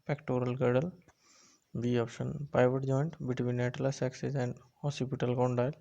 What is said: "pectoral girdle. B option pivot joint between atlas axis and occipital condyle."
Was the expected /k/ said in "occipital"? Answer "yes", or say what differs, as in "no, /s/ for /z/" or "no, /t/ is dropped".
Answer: no, /k/ is dropped